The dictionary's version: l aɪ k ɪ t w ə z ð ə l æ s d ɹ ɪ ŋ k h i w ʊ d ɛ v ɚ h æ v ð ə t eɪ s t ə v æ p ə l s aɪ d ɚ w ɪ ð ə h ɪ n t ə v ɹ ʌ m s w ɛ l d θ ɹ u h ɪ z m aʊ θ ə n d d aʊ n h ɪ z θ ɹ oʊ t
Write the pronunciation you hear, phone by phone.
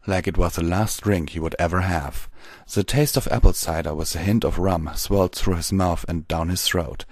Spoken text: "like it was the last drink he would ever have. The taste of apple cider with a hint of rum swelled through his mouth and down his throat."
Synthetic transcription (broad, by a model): l aɪ k ɪ t w ə z ð ə l æ s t ɹ ɪ ŋ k h i w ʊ d ɛ v ɚ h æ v ð ə t eɪ s t ə v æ p l s aɪ d ɚ w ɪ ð ə h ɪ n t ə v ɹ ʌ m s w ɛ l d θ ɹ u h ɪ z m aʊ θ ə n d d aʊ n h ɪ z θ ɹ oʊ t